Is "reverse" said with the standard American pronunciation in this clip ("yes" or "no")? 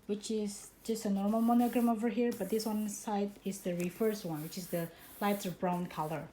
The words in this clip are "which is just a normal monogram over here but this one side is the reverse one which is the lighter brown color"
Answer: no